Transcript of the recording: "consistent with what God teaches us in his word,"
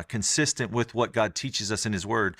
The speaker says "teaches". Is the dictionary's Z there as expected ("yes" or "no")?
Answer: yes